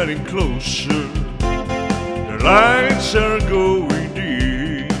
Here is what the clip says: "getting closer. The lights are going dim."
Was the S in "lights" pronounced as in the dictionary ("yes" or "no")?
yes